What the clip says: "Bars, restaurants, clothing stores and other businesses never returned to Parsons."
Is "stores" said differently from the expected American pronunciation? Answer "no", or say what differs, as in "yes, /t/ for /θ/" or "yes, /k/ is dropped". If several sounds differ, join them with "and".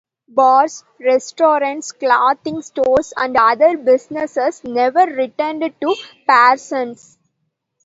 yes, /s/ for /z/